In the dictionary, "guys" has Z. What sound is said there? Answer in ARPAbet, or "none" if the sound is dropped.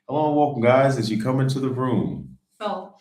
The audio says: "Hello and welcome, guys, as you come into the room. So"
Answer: Z